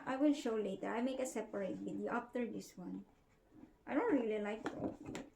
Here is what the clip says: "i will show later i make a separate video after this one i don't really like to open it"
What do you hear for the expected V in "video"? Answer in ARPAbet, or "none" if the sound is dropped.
B